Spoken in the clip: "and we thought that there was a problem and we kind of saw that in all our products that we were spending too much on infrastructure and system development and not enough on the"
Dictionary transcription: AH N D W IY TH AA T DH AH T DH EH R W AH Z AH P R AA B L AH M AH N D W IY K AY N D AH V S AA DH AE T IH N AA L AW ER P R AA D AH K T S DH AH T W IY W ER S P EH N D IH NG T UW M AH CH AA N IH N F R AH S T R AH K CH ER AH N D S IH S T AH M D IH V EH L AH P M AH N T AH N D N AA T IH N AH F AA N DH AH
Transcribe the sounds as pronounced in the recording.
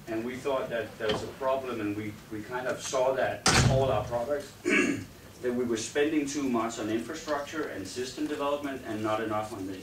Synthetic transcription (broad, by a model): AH N W IY TH AA T DH AH T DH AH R W AH Z AH P R AA B L AH M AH N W W IY K AY N D AH V S AA DH AE T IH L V AW ER P R AA D AH K T S DH AH T W IY W ER S P EH N D IH NG T UW M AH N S N IH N F R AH S T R AH K CH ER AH N S IH S T AH M D IH V EH L AH P M AH N T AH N N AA T IH N AH F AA N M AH